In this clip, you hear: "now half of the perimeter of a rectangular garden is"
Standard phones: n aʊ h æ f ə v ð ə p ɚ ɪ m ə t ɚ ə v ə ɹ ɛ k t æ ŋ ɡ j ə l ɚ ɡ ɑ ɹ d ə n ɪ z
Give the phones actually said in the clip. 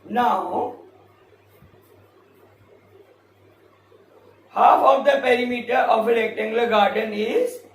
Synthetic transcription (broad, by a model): n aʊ h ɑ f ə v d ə p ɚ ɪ m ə t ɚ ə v ə l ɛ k t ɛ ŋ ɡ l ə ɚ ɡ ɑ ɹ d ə n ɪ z